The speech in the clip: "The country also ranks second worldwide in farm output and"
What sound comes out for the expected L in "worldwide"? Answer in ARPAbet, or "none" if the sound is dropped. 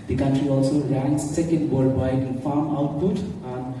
none